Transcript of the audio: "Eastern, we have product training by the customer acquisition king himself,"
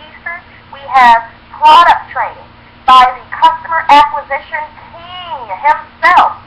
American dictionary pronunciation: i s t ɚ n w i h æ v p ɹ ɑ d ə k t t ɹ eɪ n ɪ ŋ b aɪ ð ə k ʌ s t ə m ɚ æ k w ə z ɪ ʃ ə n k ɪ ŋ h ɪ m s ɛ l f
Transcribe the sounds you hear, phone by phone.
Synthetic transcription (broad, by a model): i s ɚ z w i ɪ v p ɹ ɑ d ə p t t ɹ eɪ n ɪ ŋ b aɪ ð ə k ʌ s t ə m ɚ æ k w ə z ɪ ʃ ə n k ɪ ŋ h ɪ m s ɛ l f